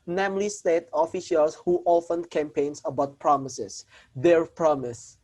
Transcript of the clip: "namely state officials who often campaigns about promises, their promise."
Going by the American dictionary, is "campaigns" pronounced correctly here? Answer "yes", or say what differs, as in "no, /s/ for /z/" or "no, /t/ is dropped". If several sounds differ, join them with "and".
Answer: no, /s/ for /z/